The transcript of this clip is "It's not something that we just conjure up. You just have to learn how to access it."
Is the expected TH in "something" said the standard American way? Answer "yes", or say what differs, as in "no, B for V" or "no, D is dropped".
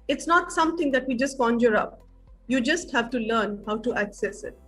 no, T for TH